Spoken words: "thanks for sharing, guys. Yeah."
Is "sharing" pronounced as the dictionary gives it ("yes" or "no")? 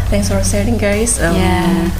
no